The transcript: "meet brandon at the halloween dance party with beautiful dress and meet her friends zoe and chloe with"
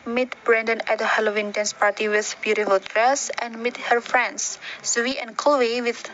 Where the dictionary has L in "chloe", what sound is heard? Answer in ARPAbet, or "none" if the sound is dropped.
none